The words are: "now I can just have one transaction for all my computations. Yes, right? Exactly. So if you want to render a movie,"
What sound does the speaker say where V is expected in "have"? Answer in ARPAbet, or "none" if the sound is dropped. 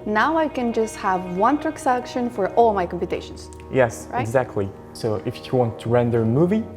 V